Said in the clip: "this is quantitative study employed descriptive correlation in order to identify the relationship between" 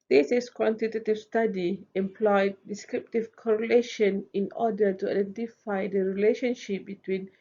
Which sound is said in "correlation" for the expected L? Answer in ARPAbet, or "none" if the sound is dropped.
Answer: L